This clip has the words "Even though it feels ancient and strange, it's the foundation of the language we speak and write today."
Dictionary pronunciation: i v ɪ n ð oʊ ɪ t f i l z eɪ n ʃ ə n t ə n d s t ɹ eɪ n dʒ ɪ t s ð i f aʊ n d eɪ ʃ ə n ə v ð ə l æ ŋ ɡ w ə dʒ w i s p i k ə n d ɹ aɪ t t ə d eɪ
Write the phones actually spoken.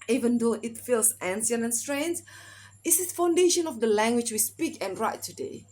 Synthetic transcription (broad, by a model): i v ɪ n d oʊ ɪ t f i l s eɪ n s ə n ə n s t ɹ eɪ n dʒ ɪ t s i f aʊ n d eɪ ʃ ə n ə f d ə l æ ŋ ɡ w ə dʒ w i s p i k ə n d ɹ aɪ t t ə d eɪ